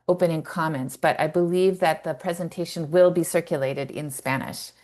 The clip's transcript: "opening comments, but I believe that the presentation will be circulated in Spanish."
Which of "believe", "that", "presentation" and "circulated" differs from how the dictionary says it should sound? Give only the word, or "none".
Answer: none